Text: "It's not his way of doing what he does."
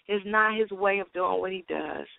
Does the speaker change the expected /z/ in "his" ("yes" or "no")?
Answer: no